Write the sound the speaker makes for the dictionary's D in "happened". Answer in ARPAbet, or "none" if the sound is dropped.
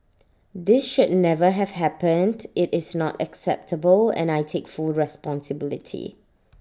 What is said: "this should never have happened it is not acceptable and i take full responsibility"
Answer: D